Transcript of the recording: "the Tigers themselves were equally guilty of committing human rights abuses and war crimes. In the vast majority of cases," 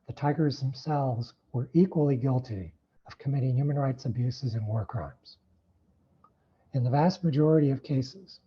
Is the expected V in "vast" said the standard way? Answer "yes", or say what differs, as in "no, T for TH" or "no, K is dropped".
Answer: yes